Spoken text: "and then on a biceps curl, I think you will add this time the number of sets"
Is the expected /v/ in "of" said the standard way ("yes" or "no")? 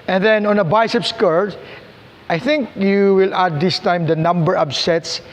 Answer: no